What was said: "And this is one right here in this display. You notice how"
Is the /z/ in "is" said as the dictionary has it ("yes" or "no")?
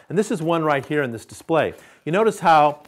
yes